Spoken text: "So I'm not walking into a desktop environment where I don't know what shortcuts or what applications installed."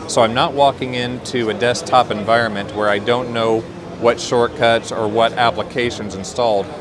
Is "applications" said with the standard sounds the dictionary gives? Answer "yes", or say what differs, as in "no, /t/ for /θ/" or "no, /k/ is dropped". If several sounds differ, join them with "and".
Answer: yes